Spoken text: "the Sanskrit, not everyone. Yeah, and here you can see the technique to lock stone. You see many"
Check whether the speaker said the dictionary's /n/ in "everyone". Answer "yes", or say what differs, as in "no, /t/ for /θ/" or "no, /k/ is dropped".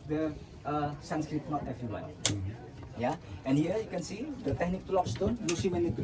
no, /l/ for /n/